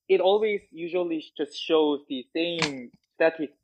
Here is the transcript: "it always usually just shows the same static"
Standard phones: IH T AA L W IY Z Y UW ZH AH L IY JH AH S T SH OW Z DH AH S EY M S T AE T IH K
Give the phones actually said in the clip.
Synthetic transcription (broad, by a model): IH T AA L W IY Z Y UW ZH AH L IY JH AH S T SH OW Z DH AH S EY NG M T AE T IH